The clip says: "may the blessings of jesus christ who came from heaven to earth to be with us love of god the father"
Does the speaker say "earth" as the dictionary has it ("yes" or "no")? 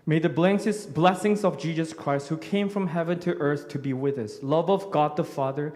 yes